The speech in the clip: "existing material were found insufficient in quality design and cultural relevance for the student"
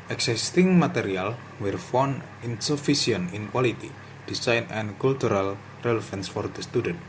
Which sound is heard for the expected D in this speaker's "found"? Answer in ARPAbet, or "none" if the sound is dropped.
none